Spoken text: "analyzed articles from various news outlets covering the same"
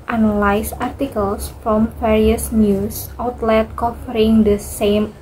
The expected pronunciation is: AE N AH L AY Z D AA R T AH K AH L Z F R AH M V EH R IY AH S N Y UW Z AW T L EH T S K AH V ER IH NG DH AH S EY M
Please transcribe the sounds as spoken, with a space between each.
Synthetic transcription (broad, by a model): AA N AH L AY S AA R T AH K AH L S F R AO M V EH R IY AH S N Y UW S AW T L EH T K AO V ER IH NG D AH S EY M